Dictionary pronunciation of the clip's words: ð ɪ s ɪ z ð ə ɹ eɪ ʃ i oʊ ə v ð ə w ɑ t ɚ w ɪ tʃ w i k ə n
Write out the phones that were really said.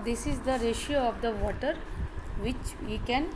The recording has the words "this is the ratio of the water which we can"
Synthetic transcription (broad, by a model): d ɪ s ɪ z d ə ɹ eɪ ʃ i oʊ ə v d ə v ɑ t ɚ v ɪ tʃ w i k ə n